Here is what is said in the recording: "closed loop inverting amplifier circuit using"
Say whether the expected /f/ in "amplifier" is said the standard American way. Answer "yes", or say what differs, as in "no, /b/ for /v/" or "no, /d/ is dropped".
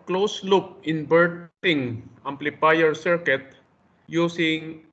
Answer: no, /p/ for /f/